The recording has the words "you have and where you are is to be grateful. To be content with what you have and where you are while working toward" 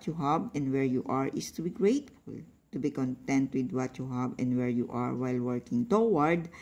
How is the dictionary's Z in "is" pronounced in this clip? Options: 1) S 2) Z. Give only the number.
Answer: 1